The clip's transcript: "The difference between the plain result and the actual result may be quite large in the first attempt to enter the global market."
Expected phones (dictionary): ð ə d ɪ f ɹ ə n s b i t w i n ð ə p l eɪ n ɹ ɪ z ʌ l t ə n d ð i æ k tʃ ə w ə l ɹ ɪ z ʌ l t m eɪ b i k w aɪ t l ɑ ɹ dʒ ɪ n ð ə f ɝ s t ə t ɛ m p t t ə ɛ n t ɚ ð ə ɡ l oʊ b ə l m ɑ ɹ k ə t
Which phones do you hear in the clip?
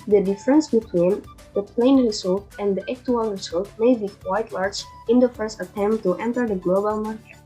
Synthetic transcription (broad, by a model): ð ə d ɪ f ɹ ə n s b i t w i n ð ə p l eɪ n ɹ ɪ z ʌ l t ə n d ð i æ k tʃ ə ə l ɹ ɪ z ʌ l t m eɪ b i k w aɪ t l ɑ ɹ dʒ ɪ n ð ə f ɝ s t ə t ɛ m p t t ɛ n t ɚ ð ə ɡ l oʊ b ə l m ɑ ɹ k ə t